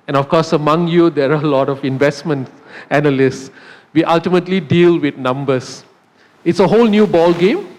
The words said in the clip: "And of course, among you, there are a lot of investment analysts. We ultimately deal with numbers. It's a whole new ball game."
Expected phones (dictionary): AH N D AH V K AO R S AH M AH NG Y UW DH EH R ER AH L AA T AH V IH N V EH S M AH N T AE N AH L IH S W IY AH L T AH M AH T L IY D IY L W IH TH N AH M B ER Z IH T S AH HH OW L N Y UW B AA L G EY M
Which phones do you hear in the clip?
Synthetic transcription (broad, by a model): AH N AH F K AO S AH M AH NG Y UW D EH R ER AH L AA T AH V IH N V EH S M AH N T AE N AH L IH S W IY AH L T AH M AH T L IY D IY L W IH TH N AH M B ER S IH T S AH HH OW L N Y UW B AA L G EY M